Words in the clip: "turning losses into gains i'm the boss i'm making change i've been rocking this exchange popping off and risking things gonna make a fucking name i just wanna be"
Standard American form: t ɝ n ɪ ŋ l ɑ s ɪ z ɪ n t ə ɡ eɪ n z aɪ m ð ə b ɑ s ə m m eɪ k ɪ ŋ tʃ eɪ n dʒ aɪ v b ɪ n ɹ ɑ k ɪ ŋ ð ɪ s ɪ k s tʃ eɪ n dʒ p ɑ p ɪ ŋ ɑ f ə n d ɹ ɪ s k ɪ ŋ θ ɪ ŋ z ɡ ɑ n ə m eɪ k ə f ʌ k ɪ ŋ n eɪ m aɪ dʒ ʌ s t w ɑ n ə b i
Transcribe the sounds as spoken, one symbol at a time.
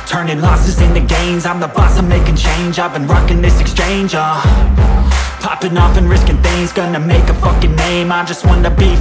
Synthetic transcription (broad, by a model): t ɝ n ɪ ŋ l ɑ s ɪ z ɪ n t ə ɡ eɪ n z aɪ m ð ə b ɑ s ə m m eɪ k ɪ ŋ tʃ eɪ n dʒ aɪ v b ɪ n ɹ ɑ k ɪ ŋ ð ɪ s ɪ k s tʃ eɪ n dʒ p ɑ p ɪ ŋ ɑ f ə n ɹ ɪ s k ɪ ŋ θ ɪ ŋ z ɡ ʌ n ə m eɪ k ə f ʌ k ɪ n eɪ m aɪ dʒ ʌ s t w ɑ n ə b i